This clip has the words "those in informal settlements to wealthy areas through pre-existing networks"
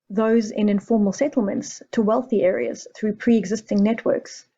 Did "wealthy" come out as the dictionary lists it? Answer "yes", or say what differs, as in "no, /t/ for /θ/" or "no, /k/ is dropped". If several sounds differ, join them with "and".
yes